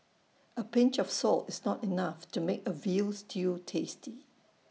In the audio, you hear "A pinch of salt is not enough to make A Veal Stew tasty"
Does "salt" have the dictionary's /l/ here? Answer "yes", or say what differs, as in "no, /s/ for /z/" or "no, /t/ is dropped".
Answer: yes